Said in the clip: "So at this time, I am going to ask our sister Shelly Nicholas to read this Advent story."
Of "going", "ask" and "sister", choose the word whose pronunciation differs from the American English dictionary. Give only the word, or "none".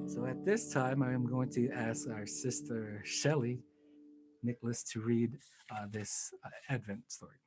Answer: none